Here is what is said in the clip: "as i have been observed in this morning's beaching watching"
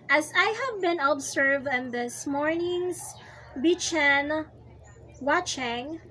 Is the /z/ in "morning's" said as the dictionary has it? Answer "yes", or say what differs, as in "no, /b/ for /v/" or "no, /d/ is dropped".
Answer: no, /s/ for /z/